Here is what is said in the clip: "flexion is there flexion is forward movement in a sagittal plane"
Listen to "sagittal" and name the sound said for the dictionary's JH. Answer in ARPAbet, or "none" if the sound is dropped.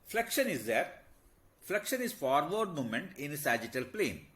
JH